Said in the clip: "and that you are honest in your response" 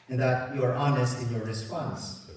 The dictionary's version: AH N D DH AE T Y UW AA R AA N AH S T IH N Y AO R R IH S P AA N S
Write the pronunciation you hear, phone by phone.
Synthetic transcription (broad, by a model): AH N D DH AE T Y UW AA R AA N AH S T IH N Y AO R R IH S P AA N S